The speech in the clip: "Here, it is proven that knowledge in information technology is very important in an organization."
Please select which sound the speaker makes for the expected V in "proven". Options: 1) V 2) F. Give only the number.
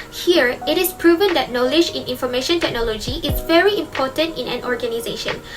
1